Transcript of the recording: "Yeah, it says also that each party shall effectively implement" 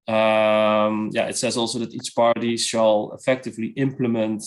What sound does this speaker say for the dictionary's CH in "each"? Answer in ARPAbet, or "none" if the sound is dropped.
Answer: S